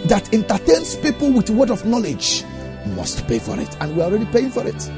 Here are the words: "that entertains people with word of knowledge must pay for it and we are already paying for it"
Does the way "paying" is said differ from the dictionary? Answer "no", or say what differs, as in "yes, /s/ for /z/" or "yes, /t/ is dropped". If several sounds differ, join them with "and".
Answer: no